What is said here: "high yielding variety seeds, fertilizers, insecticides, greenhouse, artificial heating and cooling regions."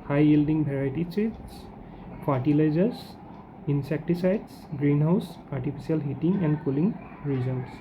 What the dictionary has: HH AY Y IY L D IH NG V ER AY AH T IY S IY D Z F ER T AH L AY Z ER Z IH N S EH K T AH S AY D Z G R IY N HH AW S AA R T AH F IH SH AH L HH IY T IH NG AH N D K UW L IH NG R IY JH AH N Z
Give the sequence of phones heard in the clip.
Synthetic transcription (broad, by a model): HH AY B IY L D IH NG B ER AY T IY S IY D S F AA T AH L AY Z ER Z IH N S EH K T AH S AY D S G R IY N HH AW S AA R T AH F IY S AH L HH IY T IH NG AH N D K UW L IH NG R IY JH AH N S